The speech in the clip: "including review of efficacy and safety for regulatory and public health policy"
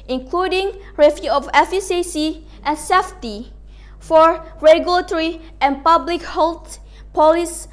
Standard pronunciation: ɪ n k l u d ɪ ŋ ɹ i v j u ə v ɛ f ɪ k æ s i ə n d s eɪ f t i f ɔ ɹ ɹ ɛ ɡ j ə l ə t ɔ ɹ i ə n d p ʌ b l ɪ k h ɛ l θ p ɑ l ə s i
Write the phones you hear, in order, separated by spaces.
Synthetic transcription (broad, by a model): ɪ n k l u d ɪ ŋ ɹ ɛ f j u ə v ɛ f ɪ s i s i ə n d s eɪ f t i f ɔ ɹ ɹ ɛ ɡ j ə l ə t ɔ ɹ i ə n p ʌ b l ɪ k h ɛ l t p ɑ l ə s